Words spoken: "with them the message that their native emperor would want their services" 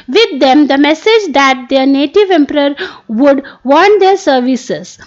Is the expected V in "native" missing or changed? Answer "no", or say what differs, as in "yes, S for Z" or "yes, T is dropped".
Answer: no